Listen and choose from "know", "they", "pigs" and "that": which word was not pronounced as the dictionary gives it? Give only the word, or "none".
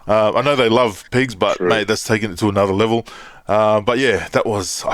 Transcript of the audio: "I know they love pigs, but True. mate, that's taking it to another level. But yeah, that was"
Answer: none